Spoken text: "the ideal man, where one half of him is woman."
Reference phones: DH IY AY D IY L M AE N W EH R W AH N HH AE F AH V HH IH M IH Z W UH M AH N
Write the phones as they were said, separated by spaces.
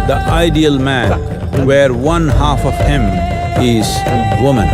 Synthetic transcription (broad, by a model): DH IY AY D IY L M AE N W EH R W AH N HH AE F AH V HH IH M IH Z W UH M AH N